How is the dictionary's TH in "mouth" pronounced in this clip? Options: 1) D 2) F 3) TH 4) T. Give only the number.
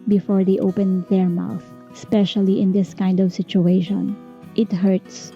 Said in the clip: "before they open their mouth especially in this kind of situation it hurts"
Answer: 3